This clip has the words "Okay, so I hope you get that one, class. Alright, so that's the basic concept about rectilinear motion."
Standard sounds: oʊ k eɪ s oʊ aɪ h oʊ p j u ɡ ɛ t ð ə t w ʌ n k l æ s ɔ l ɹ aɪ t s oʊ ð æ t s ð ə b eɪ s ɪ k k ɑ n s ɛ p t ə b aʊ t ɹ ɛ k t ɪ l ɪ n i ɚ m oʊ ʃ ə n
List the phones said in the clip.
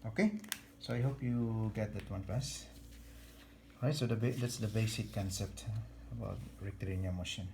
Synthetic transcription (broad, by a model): oʊ k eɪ s oʊ aɪ h oʊ p j u ɡ ɛ t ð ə t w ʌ n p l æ s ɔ ɹ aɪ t s oʊ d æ t s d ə b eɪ s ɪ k k ɑ n s ɛ p t ə b aʊ t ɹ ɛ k t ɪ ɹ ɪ n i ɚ m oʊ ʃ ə n